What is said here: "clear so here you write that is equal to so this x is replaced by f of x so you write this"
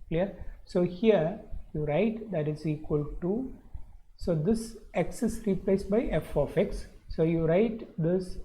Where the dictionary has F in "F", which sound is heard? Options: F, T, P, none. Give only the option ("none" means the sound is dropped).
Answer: F